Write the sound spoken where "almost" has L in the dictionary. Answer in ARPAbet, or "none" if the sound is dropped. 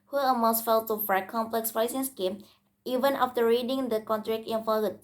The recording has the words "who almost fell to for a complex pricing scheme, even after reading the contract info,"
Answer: none